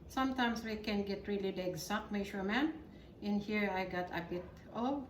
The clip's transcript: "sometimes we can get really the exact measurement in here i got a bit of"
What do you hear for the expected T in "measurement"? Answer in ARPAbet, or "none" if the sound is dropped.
none